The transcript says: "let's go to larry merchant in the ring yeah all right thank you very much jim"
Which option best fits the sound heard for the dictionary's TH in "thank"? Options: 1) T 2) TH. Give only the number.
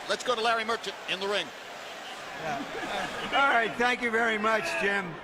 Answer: 2